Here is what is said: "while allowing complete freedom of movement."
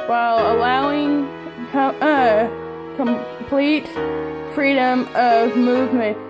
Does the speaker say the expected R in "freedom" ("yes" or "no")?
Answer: yes